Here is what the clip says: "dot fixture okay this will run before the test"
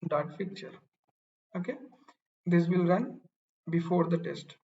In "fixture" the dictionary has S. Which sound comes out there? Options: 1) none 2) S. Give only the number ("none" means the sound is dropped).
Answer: 1